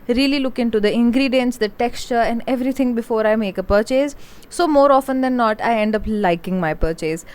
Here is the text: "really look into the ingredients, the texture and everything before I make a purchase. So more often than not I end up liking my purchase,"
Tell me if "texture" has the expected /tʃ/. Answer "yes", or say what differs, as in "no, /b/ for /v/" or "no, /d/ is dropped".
yes